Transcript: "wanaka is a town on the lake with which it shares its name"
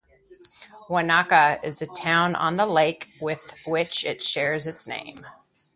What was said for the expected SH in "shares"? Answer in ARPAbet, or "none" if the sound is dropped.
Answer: SH